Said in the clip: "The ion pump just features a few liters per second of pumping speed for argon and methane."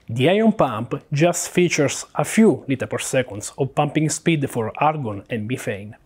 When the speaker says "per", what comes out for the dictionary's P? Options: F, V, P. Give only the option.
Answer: P